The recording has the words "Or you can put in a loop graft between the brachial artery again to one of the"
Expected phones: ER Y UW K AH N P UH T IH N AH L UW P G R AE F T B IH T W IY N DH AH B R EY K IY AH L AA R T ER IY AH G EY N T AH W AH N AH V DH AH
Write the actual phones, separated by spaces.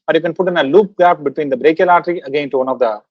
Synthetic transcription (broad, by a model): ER Y UW K AH N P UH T IH N AH L UW P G AE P B IH T W IY N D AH B R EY K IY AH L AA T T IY AH G EY N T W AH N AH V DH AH